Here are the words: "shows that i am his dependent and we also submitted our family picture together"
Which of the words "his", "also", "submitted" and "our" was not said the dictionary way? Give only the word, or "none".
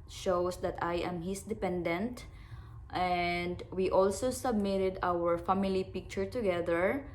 his